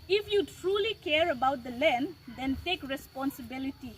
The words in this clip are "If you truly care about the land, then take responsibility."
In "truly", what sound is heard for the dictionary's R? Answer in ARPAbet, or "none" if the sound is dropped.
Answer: R